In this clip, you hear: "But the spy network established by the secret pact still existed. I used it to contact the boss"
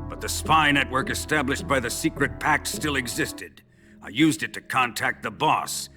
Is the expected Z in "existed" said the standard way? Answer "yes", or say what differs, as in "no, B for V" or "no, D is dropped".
yes